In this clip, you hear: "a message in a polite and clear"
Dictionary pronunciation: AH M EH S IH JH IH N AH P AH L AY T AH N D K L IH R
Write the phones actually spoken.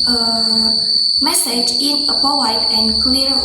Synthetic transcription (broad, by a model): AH M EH S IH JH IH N AH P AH W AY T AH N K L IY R